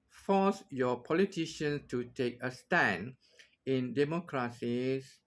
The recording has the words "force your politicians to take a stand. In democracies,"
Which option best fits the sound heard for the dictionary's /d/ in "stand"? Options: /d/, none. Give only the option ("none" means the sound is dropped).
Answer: none